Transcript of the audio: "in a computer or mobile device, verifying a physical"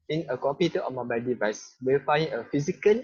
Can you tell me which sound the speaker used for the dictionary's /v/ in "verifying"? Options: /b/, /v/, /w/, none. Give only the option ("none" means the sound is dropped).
/w/